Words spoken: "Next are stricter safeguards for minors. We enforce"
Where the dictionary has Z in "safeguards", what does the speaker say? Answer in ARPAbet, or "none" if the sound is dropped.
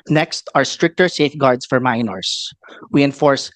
S